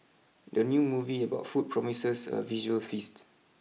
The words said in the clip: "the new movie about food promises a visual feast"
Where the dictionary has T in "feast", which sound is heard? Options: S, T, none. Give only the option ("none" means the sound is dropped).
T